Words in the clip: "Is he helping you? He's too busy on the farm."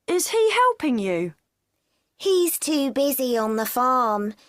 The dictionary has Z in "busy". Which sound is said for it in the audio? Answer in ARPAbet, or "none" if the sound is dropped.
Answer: Z